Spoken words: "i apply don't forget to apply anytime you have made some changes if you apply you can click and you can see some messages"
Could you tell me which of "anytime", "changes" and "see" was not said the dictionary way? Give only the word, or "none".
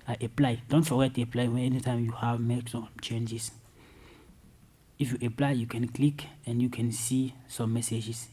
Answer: changes